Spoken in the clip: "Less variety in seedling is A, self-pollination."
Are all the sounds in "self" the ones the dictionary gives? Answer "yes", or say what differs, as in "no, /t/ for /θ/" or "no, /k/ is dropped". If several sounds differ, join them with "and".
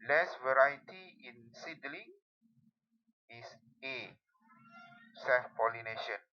no, /l/ is dropped